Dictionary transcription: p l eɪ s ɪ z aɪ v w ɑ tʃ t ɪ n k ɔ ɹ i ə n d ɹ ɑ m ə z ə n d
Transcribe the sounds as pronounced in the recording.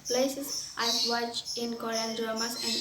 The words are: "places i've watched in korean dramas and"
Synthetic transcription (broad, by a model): p l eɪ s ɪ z aɪ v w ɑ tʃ ɪ n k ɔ ɹ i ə n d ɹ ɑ m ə s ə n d